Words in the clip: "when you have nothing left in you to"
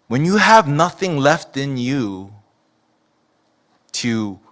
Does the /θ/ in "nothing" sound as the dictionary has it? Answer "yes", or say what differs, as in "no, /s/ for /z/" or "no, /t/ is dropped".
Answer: yes